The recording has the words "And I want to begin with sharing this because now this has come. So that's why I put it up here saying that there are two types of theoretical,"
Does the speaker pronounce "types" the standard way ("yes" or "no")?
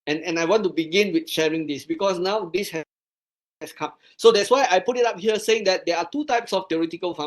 yes